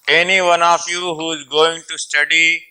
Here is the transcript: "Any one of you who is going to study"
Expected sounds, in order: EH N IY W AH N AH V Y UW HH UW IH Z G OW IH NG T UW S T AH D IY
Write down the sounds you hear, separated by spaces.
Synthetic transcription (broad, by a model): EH N IY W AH N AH F Y UW HH UW IH Z G OW IH NG T UW S T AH D IY